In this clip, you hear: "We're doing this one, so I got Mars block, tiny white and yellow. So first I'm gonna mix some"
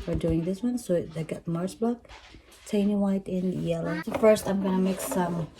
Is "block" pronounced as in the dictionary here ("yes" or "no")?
no